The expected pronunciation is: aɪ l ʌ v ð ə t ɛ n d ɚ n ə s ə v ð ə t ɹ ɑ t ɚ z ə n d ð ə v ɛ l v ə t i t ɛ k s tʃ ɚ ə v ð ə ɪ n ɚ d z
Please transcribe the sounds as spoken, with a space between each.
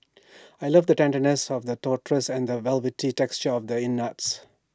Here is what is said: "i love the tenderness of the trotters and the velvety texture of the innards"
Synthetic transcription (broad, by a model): aɪ l ʌ v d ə t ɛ n d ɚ n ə s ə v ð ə t ɑ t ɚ s ə n d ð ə v ɛ l v ə t i t ɛ k s tʃ ɚ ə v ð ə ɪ n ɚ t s